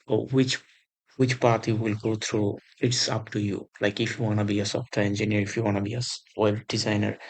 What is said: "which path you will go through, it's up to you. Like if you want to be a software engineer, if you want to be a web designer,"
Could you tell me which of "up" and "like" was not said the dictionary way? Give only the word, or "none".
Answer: none